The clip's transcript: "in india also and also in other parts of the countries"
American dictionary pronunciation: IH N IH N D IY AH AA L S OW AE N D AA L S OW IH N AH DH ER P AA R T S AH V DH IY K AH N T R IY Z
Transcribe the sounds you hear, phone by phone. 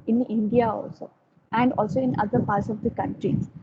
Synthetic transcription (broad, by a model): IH N IH N D IY AH AA L S OW AE N D AA L S OW IH N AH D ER P AA R T S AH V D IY K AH N T R IY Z